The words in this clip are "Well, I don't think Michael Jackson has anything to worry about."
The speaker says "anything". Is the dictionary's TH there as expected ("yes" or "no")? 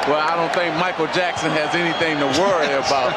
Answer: yes